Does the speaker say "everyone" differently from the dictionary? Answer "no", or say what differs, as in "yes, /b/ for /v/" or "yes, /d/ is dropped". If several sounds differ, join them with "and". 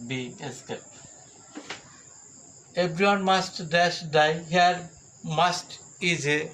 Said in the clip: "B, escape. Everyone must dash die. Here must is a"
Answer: yes, /b/ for /v/